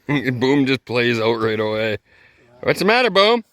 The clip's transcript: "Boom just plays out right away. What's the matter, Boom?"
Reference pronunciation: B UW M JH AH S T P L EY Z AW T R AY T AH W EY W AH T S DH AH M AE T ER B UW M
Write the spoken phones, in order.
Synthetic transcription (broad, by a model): B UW M JH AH S P L EY Z AW T R AY T AH W EY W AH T S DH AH M AE T ER B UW M